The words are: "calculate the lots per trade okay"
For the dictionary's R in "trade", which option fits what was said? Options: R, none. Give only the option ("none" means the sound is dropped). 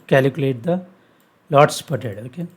none